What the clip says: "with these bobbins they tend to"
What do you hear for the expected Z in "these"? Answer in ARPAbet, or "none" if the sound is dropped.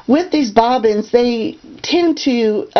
Z